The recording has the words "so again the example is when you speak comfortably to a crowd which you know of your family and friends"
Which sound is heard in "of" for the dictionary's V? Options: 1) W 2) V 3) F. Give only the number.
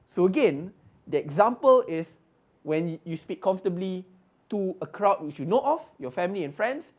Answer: 3